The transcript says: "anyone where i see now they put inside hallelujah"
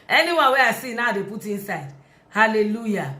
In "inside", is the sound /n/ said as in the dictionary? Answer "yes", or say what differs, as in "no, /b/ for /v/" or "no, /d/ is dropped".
yes